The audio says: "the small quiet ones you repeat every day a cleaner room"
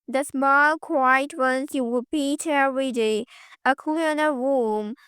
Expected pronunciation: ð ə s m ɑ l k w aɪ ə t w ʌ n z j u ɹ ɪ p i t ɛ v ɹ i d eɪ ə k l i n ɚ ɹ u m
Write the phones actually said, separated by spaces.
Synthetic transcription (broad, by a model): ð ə s m ɑ l k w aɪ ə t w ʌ n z j u w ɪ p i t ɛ ɹ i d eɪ ə k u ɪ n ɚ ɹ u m